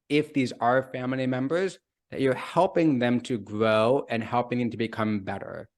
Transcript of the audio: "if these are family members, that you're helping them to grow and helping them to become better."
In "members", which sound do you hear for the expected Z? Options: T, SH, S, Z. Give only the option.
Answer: Z